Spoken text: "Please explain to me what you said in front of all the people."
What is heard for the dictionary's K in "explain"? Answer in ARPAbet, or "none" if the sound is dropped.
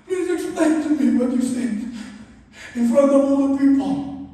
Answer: none